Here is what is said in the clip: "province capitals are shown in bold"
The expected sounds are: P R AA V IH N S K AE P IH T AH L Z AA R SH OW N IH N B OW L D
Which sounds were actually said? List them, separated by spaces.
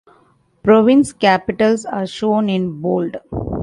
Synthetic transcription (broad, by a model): P R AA V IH N S K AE P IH T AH L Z AA R SH OW N IH N B OW L D